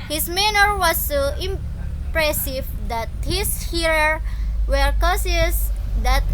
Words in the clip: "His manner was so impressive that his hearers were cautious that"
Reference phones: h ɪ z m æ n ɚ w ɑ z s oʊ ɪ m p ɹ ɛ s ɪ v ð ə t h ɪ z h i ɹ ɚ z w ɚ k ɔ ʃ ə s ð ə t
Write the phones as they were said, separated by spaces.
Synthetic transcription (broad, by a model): h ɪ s m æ n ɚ w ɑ s oʊ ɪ m p ɹ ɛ s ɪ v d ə t h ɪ s h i ɹ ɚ w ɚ k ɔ s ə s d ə t